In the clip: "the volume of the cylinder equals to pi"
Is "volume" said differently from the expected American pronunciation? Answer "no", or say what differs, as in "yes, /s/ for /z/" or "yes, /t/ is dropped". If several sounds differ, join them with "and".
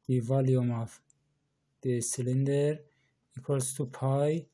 no